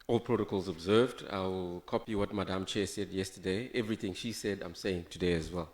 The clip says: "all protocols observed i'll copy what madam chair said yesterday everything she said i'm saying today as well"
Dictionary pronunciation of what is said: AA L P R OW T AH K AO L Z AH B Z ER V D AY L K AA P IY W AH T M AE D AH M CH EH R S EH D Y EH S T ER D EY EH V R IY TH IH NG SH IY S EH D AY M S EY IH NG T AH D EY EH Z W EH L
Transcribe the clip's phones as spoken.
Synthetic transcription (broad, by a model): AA L P R OW T AH K AO L Z AH B Z ER V D AY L K AA P IY W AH T M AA D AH M CH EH S EH D Y EH S T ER D EY EH V R IY TH IH NG SH IY S EH D AY M S EY IH NG T AH D EY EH Z W EH L